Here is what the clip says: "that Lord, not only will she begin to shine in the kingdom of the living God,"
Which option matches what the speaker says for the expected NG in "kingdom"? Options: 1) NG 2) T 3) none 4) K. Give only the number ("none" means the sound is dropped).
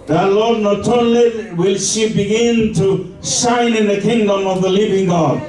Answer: 1